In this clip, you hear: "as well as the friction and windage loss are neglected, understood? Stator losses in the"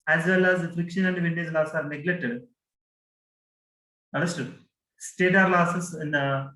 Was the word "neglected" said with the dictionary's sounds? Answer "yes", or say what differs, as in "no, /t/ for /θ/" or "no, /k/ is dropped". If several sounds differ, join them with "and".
no, /k/ is dropped